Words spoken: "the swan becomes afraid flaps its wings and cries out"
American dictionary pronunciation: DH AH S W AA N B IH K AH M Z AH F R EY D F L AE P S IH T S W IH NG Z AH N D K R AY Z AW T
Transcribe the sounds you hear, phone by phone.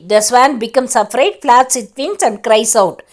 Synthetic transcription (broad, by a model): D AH S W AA N B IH K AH M S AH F R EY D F L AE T S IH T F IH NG S AH N D K R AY S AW T